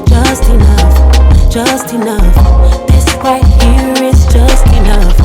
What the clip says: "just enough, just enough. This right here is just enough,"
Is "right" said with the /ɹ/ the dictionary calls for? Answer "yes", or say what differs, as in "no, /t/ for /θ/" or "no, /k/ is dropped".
no, /w/ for /ɹ/